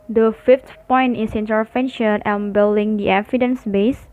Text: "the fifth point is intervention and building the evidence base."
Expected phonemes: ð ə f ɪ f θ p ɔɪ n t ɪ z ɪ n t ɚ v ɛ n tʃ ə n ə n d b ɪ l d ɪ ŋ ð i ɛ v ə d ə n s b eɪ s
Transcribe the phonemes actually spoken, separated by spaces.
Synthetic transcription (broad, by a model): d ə f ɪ f t p ɔɪ n t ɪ s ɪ n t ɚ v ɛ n ʃ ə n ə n b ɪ l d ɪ ŋ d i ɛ f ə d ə n s b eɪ s